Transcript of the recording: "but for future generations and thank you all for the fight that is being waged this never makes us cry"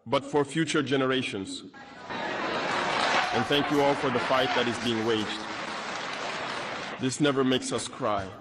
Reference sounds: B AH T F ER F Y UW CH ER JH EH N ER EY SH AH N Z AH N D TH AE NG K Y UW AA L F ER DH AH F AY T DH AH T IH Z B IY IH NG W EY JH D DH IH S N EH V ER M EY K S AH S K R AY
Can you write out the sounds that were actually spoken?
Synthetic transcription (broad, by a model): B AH T F ER F Y UW CH ER JH EH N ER EY SH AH N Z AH N TH AE NG K Y UW AA L F ER DH AH F AY T DH AH T IH Z B IY IH NG W EY JH D DH IH S N EH V ER M EY K S AH S K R AY